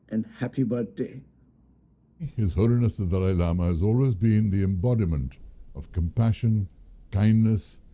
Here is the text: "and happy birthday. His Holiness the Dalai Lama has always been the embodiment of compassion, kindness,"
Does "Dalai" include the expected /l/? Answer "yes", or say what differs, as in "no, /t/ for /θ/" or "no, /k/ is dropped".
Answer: no, /l/ is dropped